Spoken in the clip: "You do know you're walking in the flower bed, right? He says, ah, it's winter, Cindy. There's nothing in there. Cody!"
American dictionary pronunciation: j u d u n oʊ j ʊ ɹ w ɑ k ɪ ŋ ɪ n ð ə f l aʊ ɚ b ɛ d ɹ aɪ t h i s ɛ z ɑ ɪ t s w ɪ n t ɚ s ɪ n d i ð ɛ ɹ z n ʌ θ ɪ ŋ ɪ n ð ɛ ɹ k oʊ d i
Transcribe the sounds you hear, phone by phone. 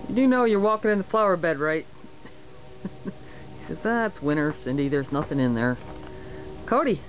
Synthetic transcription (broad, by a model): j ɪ d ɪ n oʊ j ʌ ɹ w ɑ k ɪ ŋ ɪ n ð ə f l aʊ ɚ b ɛ d ɹ aɪ t h i s ɛ z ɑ ɪ t s w ɪ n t ɚ s ɪ n d i ð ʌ ɹ z n ʌ θ ɪ ŋ ɪ n ð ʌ ɹ k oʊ d i